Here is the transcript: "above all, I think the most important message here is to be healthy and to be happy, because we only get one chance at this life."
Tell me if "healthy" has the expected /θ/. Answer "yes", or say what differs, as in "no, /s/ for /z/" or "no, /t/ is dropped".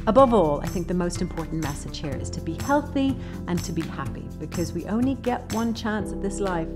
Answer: yes